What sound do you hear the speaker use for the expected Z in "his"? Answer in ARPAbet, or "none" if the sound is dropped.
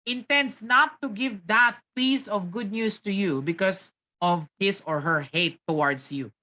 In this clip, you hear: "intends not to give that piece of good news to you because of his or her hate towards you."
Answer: S